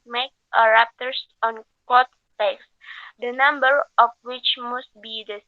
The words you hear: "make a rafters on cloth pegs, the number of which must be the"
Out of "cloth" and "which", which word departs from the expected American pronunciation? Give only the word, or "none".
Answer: cloth